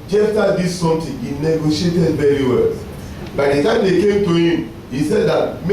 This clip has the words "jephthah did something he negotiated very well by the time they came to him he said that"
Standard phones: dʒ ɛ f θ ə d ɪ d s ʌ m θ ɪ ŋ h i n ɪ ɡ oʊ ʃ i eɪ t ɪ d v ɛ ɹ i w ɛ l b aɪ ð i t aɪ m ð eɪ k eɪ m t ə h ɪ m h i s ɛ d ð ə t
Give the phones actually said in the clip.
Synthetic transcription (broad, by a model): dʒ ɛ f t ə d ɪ s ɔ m t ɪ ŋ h i n ɪ ɡ oʊ ʃ i eɪ t ɪ d v ɛ ɹ i w ɛ l b aɪ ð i t aɪ m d eɪ k eɪ m t ə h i m h i s ɛ d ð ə t